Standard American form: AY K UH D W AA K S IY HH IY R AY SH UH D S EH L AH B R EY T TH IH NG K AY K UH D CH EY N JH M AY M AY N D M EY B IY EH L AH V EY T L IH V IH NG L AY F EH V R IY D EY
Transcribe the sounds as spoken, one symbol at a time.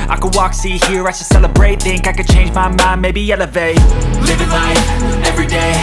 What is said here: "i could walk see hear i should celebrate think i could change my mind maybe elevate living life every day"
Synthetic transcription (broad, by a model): AY K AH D W AA K S IY HH IY R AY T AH S EH L AH B R EY T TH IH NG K AY K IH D CH EY N JH M AY M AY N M EY B IY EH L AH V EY L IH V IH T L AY EH V R IY D EY